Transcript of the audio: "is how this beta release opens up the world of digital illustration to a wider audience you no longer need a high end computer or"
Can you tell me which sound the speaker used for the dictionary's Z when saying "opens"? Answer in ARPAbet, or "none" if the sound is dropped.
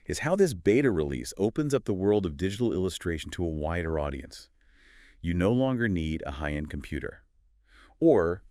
Z